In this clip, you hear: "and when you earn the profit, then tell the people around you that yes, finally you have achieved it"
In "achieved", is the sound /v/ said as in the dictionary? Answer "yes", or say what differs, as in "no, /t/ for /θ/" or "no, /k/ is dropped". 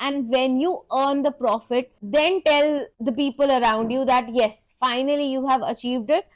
yes